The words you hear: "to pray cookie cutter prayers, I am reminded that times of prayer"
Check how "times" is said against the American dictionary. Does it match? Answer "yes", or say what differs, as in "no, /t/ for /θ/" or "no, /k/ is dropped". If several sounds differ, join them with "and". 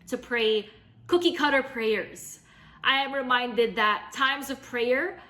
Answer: yes